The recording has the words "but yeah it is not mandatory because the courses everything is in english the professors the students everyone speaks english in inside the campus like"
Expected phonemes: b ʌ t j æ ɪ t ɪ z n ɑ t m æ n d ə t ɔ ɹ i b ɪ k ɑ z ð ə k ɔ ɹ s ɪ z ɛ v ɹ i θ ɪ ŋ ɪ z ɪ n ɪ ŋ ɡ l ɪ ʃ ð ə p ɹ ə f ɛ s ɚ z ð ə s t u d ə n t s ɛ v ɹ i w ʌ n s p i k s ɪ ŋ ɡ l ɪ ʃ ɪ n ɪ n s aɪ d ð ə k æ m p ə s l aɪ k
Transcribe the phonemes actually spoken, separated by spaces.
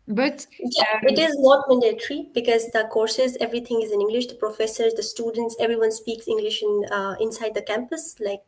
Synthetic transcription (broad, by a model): b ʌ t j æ ɪ t ɪ z n ɑ t m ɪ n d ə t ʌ ɹ i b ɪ k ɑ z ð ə k ɔ ɹ s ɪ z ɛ v ɹ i t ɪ ŋ ɪ z ɪ n ɪ ŋ ɡ l ɪ ʃ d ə p ɹ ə f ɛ s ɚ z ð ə s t u d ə n t s ɛ v ɹ i w ʌ n s p i k s ɪ ŋ ɡ l ɪ ʃ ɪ n ɪ n s aɪ d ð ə k æ m p ə s l aɪ k